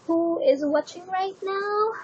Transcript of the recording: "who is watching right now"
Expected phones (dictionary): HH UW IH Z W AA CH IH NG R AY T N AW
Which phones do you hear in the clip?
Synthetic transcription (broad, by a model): HH UW IH Z W AA CH IH NG R AY T N AW